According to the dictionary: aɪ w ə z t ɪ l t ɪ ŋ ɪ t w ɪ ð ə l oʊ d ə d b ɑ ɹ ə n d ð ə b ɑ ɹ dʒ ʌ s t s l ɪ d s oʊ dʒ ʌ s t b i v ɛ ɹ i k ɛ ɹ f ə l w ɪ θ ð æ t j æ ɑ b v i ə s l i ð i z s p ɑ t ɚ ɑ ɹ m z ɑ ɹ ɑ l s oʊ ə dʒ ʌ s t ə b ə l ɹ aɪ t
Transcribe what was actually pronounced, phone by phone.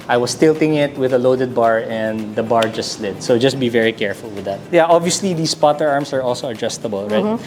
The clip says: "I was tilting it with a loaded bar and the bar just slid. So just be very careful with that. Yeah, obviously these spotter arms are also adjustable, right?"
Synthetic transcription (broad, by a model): aɪ w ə s t ɪ l t ɪ ŋ ɪ t w ɪ ð ə l oʊ d ə d b ɑ ɹ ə n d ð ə b ɑ ɹ dʒ ʌ s t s l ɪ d s oʊ dʒ ʌ s t b i v ɛ ɹ i k ɛ ɹ f ə l w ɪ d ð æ t j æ ɑ b v i ə s l i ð i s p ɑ t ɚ ɑ ɹ m s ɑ ɹ ɑ l s oʊ ə dʒ ʌ s t ə b ə l ɹ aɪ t